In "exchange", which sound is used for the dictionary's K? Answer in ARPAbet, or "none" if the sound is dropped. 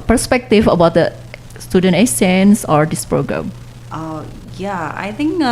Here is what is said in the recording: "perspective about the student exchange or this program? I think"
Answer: none